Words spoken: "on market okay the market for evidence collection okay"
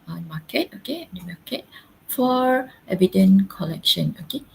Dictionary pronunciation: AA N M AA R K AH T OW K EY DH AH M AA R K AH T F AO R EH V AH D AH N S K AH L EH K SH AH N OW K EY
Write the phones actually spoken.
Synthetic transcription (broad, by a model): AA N M AA K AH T OW K EY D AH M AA K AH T F AO R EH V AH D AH N K AH L EH K SH AH N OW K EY